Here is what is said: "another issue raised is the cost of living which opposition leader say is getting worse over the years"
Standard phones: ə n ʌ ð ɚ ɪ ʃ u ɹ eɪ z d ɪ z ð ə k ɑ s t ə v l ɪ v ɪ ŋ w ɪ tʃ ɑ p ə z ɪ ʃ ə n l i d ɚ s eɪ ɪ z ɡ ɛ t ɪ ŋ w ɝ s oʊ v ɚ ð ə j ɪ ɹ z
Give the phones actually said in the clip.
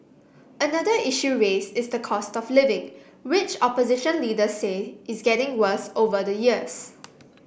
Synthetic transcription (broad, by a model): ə n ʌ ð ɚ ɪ ʃ u ɹ eɪ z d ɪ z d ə k ɑ s t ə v l ɪ v ɪ ŋ w ɪ tʃ ɑ p ə z ɪ ʃ ə n l i d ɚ s eɪ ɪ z ɡ ɛ t ɪ ŋ w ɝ s oʊ v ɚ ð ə j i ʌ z